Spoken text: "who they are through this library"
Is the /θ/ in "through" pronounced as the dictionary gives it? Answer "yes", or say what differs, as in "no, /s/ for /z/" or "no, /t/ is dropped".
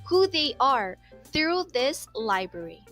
yes